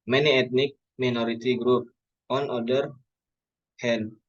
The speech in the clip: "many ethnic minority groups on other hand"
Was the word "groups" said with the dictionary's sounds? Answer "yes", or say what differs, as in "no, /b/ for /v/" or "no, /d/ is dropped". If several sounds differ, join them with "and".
no, /s/ is dropped